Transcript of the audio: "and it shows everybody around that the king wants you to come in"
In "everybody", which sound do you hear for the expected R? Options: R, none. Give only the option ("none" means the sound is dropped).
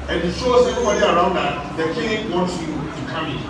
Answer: none